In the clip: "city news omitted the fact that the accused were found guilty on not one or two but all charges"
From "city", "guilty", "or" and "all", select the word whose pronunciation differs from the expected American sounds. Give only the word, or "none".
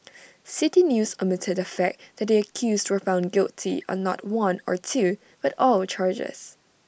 none